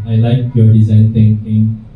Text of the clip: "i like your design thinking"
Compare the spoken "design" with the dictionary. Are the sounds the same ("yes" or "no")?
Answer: yes